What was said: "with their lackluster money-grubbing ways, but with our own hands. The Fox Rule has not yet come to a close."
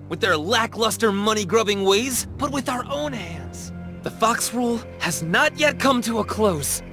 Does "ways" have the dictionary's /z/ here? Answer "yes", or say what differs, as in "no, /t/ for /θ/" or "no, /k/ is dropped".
yes